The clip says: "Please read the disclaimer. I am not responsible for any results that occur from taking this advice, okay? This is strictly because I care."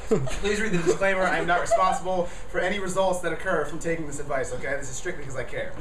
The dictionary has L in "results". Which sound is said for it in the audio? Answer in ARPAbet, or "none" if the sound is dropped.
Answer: L